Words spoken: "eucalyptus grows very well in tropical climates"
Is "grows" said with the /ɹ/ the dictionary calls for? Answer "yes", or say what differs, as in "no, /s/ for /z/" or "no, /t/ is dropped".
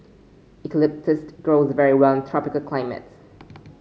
yes